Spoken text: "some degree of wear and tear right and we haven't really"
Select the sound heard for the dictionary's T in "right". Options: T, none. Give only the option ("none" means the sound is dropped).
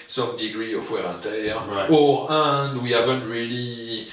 none